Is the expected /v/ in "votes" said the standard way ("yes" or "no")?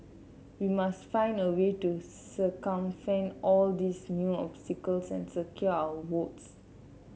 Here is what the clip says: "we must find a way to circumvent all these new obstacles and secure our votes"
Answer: no